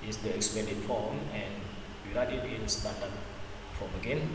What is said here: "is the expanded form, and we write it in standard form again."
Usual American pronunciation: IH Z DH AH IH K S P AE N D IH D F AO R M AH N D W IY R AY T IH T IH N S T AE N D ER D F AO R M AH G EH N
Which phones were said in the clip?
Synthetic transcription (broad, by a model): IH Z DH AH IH K S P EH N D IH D F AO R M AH N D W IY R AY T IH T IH L S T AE N D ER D F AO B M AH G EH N